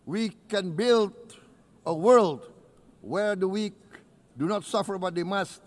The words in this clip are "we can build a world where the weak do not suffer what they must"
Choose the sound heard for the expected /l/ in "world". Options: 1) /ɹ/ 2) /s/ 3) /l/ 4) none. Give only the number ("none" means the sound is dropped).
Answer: 3